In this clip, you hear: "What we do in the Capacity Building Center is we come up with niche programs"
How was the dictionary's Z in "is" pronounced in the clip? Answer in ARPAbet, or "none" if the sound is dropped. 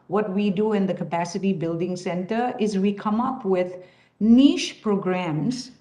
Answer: Z